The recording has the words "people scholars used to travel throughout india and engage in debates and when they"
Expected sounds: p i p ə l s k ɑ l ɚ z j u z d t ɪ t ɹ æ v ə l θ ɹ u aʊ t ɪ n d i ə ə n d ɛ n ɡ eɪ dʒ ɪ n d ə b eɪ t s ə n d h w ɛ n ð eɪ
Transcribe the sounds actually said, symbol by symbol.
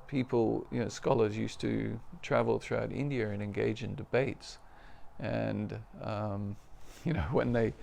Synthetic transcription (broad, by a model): p i p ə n s k ɑ l ɚ z j u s t ɪ t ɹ æ v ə l θ ɹ u aʊ t ɪ n d i ə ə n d ɛ n ɡ eɪ dʒ ɪ n d ə b eɪ t s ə n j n w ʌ n ð eɪ